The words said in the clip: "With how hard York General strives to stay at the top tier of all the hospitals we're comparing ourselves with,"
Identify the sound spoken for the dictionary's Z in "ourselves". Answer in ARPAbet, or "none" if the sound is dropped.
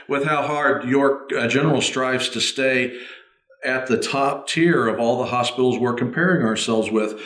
Z